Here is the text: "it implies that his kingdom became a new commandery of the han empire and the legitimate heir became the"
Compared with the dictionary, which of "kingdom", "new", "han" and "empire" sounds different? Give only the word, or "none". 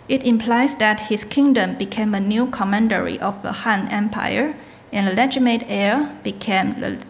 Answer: none